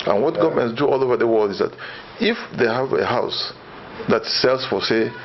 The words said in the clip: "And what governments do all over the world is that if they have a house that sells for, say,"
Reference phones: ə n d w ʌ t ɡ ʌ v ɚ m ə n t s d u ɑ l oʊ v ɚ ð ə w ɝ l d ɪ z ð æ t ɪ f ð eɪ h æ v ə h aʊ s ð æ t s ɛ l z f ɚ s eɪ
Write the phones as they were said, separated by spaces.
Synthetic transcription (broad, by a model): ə n w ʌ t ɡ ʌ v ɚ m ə n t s d u ɑ l oʊ v ɚ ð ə w ɝ l d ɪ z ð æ t ɪ f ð eɪ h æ v ə h aʊ s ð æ t s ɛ l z f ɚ s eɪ